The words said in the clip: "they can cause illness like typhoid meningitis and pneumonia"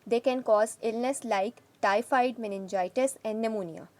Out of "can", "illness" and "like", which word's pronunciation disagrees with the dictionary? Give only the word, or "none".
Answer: none